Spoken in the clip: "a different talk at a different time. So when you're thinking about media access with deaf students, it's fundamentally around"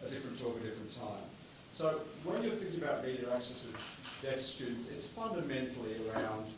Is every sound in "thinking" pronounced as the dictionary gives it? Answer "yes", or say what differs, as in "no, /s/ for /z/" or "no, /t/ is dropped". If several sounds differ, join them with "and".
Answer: yes